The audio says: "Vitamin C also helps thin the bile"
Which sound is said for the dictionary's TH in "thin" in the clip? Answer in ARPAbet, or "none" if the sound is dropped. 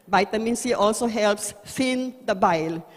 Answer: F